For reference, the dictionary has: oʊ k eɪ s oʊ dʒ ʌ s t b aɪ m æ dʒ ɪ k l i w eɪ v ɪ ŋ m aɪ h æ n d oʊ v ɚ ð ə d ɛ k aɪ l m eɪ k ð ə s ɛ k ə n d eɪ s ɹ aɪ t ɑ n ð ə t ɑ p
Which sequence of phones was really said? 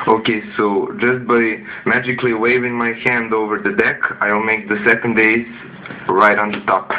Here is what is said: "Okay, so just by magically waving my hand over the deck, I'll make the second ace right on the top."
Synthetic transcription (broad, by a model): oʊ k eɪ s oʊ dʒ ʌ s t b aɪ m æ dʒ ɪ k l i w eɪ v ɪ ŋ m aɪ h æ n d oʊ v ɚ ð ə d ɛ k aɪ l m eɪ k ð ə s ɛ k ə n d eɪ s ɹ aɪ t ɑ n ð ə t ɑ p